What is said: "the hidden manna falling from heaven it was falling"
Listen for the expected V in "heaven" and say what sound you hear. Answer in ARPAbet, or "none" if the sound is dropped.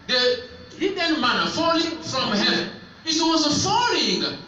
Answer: none